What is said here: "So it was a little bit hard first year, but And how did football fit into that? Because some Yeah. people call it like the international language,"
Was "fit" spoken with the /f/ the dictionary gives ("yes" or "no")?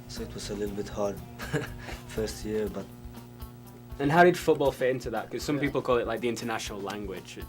yes